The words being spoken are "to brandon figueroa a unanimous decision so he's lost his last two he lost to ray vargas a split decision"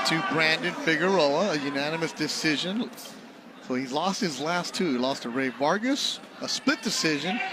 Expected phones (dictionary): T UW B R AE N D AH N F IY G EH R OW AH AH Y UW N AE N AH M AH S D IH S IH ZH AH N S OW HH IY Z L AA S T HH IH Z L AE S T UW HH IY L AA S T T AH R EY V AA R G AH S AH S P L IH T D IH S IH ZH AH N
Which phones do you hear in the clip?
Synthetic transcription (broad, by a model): T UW B R AE N D AH N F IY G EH R OW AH AH Y UW N AE N AH M AH S D IH S IH ZH AH N S OW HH IY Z L AA S T HH IH Z L AE S T UW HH IY L AA S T T AH R EY V AA R G AH S AH S P L IH T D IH S IH ZH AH N